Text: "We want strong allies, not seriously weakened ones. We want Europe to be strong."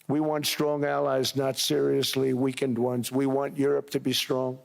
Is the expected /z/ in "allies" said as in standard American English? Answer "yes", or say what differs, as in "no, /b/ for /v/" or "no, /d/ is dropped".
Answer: yes